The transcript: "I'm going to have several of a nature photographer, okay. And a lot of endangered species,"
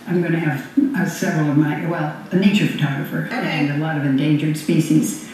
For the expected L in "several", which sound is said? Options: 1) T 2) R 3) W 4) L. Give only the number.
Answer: 3